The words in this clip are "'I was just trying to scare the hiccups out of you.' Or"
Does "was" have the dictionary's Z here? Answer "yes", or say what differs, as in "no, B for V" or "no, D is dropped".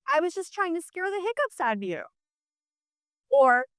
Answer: yes